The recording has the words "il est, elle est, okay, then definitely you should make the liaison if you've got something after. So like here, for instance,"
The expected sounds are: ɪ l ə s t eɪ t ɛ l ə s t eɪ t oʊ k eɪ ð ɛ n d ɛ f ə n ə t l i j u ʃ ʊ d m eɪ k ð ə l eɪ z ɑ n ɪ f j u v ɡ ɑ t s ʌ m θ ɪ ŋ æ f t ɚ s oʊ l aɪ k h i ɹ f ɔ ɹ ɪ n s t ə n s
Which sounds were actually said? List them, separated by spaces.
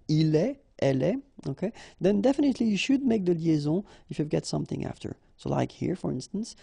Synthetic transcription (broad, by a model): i l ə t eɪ t ɛ l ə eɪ oʊ k eɪ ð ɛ n d ɛ f ə n ə t l i j u ʃ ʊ d m eɪ k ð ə l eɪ z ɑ ɪ f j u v ɡ ɑ t s ʌ m θ ɪ ŋ æ f t ɚ s oʊ l aɪ k h i ɹ f ɔ ɹ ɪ n s t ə n s